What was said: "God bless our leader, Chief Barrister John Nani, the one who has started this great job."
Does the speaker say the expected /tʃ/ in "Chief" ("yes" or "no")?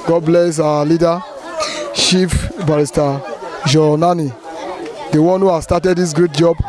no